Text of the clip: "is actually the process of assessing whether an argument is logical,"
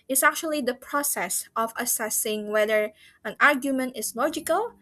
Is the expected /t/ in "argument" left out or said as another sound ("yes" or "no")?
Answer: no